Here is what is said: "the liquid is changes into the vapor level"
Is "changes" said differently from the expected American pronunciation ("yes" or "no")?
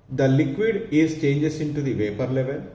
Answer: yes